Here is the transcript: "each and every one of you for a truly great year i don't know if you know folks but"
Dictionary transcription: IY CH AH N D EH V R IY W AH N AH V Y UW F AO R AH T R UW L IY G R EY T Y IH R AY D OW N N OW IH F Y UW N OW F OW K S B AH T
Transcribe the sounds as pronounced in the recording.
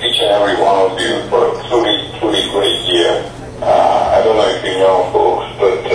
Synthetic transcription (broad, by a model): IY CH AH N EH V R IY W AH N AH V Y UW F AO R AH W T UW IY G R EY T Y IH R AY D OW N N OW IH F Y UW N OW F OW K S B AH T